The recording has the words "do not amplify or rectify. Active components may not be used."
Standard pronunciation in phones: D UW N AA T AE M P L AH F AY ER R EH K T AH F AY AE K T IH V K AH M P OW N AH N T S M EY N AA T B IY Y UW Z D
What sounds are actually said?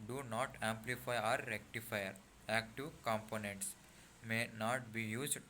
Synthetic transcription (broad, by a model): D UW N AA T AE M P L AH F AY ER R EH K T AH F AY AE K T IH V K AH M P OW N AH N T S M EY N AA T B IY Y UW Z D